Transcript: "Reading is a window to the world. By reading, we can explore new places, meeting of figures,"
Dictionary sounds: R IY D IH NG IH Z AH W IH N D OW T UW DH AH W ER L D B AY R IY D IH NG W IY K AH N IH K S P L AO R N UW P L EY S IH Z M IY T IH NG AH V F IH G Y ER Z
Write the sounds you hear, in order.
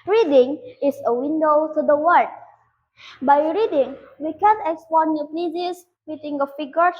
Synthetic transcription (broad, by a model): R IY D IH NG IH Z AH W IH N D OW T UW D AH W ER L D B AY R IY D IH NG W IY K AH N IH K S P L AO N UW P EY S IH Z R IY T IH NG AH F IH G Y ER